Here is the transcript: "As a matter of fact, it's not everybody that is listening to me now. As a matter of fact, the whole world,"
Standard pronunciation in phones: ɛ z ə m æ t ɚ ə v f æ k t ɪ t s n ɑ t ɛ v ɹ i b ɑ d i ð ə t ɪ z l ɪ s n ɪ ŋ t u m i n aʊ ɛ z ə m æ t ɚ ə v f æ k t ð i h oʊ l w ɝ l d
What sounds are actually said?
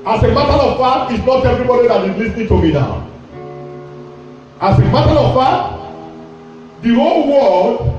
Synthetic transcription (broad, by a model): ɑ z ə m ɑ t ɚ ə v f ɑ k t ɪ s n ɑ t ɛ v ɹ i b ɑ d i ð ə t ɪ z l ɪ s n ɪ ŋ t u m i n aʊ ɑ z ə m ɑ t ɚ ə v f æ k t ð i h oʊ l w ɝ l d